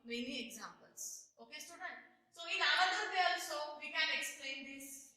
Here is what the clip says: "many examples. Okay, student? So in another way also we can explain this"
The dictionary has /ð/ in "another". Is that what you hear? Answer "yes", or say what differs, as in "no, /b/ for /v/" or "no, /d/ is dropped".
no, /ð/ is dropped